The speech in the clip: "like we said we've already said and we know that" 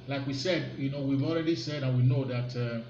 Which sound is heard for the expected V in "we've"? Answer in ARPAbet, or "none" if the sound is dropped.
V